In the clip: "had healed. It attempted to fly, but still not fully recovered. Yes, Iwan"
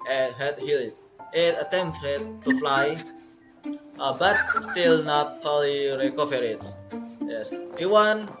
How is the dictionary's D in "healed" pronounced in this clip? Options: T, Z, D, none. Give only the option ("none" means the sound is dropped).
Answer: none